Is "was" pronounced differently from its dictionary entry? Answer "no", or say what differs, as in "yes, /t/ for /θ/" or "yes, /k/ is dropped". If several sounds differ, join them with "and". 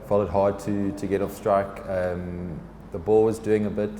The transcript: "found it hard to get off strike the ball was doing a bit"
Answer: no